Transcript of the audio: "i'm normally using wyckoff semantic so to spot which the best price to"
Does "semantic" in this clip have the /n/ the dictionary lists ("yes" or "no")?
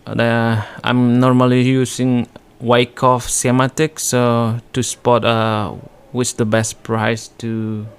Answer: no